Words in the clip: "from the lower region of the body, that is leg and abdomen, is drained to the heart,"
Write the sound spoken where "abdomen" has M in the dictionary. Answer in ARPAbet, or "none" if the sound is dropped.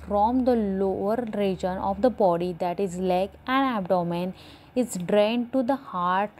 M